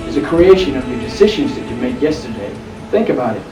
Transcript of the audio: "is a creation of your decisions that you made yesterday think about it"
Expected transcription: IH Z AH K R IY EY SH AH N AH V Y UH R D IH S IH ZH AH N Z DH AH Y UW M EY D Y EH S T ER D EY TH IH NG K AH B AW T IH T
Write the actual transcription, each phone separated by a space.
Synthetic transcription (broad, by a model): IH Z AH K R IY EY SH AH N AH V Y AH R D IH S IH ZH AH N Z DH AH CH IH M EY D Y EH S T ER D EY TH IH NG K AH B AW T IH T